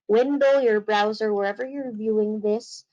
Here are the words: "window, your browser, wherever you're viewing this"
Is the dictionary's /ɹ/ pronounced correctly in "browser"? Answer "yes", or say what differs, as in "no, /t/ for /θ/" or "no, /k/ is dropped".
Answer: yes